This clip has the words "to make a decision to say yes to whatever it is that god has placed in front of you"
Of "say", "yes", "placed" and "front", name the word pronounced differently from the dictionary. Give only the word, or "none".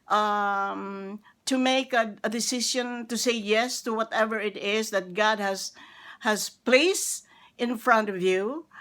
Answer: none